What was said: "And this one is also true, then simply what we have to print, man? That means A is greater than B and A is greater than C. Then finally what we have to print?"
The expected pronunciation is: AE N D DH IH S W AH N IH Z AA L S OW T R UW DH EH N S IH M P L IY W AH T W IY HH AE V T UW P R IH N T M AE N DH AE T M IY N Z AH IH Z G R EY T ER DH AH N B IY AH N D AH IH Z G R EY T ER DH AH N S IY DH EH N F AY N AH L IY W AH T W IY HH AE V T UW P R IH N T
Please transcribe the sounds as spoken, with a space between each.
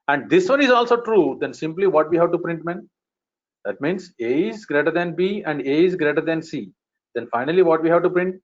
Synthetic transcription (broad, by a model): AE N D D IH S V AH N IH Z AA L S OW T R UW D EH N S IH M P L IY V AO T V IY HH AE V T UW P R IH N T M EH N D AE T M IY N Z AH IH Z G R EY T ER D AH N B IY AH N D AH IH Z G R EY T ER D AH N S IY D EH N F AY N AH L IY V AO T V IY HH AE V T UW P R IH N T